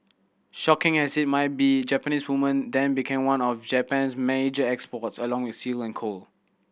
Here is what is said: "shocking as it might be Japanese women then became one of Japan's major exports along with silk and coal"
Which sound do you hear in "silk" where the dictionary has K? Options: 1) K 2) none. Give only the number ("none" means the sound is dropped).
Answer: 2